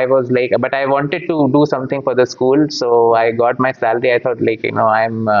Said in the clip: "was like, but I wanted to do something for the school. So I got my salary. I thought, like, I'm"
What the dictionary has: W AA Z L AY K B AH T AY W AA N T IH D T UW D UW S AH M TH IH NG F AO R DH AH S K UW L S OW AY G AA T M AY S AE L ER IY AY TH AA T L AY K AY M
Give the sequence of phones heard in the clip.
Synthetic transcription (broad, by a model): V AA Z L AY K B AH T AY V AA N T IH D T UW D UW S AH M T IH NG F AO R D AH S K UW L S OW AY G AA T M AY S AE L ER IY AY T AA T L AY K AY M